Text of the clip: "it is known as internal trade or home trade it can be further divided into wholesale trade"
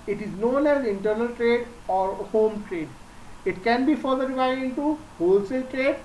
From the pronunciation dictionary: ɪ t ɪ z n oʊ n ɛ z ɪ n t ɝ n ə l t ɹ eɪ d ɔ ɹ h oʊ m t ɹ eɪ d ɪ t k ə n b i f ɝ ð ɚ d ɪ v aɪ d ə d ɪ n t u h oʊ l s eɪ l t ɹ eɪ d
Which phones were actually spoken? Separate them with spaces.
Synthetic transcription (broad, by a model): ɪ t ɪ z n oʊ n ɛ z ɪ n t ɝ n ə l t ɹ eɪ d ɔ ɹ h oʊ m t ɹ eɪ d ɪ t k ə n b i f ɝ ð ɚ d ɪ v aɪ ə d ɪ n t u h oʊ l s eɪ l t ɹ eɪ d